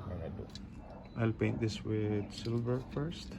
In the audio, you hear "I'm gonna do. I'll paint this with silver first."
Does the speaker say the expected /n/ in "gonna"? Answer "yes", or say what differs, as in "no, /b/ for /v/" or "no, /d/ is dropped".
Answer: no, /n/ is dropped